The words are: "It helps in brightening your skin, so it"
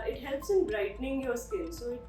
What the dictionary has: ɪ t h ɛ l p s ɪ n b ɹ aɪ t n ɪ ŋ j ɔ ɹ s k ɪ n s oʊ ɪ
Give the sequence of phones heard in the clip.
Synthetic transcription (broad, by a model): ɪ t h ɛ l p s ɪ n b ɹ aɪ t n ɪ ŋ j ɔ s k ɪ l s oʊ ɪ